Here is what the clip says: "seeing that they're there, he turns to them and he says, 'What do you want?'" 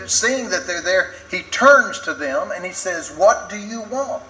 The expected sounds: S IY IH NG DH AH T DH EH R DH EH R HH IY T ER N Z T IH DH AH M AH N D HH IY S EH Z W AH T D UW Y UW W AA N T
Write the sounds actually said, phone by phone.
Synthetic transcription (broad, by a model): S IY IH NG DH AH T DH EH R DH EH R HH IY T ER N Z T IH DH AH M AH N IY S EH Z W AH T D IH Y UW W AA N T